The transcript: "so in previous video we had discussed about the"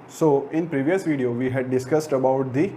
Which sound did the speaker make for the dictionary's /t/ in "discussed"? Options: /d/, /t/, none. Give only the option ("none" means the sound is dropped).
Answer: /t/